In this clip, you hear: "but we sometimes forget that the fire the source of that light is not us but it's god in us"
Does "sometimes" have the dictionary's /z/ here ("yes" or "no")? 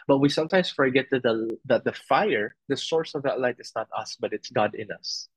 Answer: no